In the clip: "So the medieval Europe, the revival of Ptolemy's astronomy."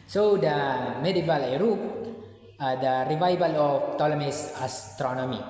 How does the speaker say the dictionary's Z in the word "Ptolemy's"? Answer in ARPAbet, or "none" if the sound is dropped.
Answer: S